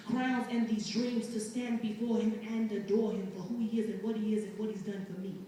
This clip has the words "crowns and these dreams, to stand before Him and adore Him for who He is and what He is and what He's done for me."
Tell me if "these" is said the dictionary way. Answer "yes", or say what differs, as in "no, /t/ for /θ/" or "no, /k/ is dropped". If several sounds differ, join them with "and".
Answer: yes